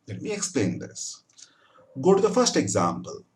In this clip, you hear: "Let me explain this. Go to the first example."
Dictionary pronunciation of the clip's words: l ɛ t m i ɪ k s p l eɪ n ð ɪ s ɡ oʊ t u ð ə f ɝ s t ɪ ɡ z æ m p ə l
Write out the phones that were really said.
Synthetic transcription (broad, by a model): l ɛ t m i ɪ k s p l eɪ n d ɪ s ɡ oʊ t u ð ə f ɝ s t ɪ ɡ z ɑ m p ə l